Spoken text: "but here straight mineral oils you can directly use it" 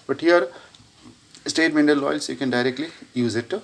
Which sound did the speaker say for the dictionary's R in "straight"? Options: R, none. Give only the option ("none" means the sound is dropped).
none